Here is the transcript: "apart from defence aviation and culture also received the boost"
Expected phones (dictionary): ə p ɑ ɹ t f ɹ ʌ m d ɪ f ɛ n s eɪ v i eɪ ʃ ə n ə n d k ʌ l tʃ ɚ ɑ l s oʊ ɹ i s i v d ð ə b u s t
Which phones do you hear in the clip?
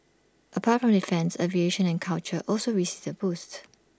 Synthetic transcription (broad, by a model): ə p ɑ t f ɹ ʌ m d ɪ f ɛ n s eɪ v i eɪ ʃ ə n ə n k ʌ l tʃ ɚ ɑ l s oʊ ɹ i s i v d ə b u s t